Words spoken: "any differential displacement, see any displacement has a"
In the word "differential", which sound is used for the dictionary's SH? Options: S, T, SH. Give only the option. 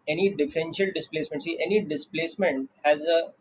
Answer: SH